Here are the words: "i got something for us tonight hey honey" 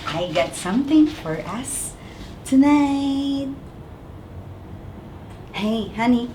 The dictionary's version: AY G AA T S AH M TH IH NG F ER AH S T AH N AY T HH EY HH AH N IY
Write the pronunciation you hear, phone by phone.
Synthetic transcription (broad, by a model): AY G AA T S AH M TH IH NG F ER AH S T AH N AY T HH EY HH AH N IY